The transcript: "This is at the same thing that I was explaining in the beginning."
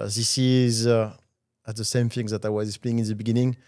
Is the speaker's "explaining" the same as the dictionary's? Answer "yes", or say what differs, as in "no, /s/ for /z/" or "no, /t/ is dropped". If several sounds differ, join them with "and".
no, /k/ is dropped and /n/ is dropped